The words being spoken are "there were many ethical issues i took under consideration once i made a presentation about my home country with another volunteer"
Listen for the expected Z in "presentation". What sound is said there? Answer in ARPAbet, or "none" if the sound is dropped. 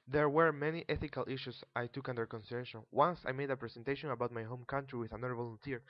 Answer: S